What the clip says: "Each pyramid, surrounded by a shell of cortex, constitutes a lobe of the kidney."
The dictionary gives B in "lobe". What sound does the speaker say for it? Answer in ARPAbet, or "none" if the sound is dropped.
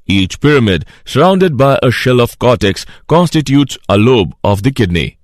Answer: B